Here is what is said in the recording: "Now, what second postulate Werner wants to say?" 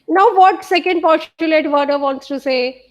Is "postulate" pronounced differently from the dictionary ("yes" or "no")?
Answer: yes